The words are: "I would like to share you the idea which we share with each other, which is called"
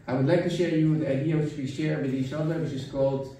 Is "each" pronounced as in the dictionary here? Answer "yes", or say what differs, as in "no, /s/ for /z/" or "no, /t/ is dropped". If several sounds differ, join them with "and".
no, /s/ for /tʃ/